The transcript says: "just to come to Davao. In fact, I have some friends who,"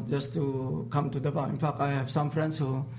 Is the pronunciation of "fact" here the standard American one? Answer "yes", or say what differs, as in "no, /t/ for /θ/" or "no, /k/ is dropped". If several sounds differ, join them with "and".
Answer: no, /t/ is dropped